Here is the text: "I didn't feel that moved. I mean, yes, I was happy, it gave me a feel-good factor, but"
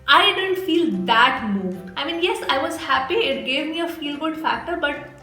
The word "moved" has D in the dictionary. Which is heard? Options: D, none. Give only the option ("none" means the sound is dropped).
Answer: none